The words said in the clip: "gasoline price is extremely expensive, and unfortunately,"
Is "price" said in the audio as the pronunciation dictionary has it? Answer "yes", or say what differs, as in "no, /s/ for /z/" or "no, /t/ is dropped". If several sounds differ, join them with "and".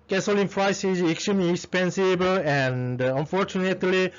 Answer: no, /f/ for /p/